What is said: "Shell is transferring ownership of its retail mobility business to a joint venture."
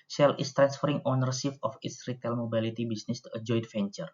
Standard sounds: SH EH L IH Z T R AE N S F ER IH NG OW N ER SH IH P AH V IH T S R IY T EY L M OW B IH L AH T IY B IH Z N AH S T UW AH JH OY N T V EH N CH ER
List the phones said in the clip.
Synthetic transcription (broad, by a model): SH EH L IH S T R AE N S F ER IH NG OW N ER S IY F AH F IH T S R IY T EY L M OW B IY L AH T IY B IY S N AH S T UW AH JH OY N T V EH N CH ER